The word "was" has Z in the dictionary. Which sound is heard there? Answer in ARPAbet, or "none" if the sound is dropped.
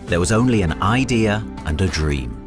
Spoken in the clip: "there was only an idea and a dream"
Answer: Z